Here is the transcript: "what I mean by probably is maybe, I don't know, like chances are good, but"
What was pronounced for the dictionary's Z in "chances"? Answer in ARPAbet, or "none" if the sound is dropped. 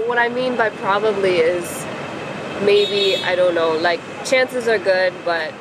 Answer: Z